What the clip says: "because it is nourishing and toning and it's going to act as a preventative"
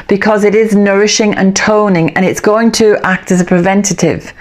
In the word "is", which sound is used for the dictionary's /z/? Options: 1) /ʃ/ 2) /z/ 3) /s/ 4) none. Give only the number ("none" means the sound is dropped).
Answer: 2